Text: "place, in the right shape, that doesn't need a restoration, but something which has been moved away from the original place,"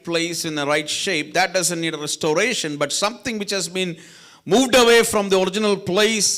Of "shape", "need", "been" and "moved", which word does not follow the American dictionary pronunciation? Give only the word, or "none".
none